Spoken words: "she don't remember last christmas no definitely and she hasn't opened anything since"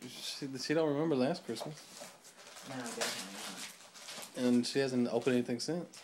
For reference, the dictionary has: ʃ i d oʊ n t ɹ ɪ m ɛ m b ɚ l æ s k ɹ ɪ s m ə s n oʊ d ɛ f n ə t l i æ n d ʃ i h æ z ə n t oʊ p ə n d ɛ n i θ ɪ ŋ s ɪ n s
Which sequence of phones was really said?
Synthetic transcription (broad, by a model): ʃ i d oʊ n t ɹ ɪ m ɛ m b ɚ l æ s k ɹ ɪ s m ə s n oʊ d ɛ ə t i n ʃ i h æ z ə n t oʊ p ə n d ɛ n i θ ɪ ŋ s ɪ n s